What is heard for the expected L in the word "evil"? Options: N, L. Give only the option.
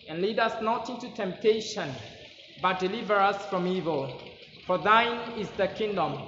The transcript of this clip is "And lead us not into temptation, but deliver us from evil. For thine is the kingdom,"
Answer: L